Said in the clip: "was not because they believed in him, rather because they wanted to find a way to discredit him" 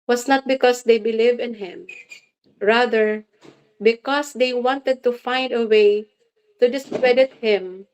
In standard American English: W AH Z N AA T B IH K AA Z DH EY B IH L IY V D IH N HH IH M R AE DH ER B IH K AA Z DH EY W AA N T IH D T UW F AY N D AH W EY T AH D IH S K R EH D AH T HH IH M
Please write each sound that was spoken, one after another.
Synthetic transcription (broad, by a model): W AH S N AA T B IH K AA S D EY B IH L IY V IH N HH IH M R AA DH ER B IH K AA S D EY W AA N T IH D T UW F AY N D AH W EY T AH D IH S K R EH D AH T HH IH M